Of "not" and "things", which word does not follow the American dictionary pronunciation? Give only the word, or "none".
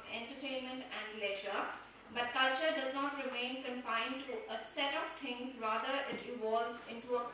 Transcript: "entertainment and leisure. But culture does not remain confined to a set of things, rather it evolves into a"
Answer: things